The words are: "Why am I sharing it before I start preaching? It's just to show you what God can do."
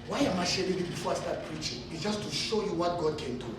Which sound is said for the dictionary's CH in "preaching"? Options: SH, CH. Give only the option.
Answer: CH